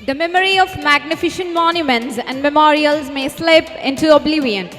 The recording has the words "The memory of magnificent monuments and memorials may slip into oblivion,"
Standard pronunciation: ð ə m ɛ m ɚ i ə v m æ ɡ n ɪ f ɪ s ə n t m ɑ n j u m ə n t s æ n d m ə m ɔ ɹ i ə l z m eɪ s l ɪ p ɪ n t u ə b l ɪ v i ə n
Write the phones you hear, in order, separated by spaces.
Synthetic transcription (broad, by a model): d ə m ɛ m ɚ i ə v m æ ɡ n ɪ f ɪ ʃ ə n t m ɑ n j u m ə n t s æ n d m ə m ɔ ɹ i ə l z m eɪ s l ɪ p ɪ n t u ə b l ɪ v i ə n